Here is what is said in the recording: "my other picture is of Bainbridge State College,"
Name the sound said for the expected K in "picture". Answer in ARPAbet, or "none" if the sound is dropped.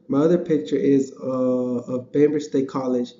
K